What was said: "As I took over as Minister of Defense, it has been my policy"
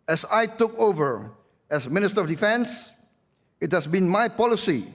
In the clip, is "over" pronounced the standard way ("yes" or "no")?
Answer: yes